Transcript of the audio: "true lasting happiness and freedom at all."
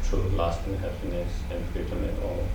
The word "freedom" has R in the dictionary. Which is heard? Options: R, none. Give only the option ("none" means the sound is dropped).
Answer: none